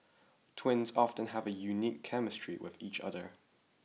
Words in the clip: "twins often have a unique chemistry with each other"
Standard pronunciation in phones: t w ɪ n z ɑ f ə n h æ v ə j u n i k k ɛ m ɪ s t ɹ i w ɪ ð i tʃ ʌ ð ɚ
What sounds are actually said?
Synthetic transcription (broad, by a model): t w ɪ n z ɑ f ə n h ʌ v ə j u n i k k ɛ m ɪ s t ɹ i w ɪ ð i tʃ ʌ ð ɚ